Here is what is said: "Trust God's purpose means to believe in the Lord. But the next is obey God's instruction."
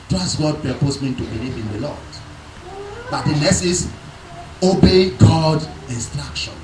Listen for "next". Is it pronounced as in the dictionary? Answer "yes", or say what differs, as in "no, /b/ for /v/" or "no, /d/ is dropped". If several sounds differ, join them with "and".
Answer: no, /k/ is dropped